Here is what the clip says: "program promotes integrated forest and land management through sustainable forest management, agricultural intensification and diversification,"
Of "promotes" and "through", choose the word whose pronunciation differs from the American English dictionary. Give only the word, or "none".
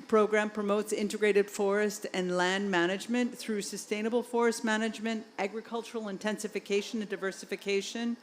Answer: none